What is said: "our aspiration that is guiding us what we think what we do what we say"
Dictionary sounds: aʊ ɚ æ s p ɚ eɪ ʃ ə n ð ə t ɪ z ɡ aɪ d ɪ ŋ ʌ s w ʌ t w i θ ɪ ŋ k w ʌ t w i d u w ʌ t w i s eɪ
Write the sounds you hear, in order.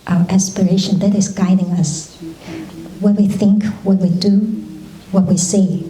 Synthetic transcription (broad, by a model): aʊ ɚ æ s p ɚ eɪ ʃ ə n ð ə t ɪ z ɡ aɪ d ɪ ŋ ʌ s w ʌ t w i θ ɪ ŋ k w ʌ t w i d u w ʌ t w i s eɪ